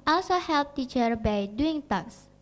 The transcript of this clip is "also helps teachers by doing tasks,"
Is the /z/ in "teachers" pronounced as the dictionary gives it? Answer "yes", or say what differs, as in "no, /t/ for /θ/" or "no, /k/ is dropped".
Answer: no, /z/ is dropped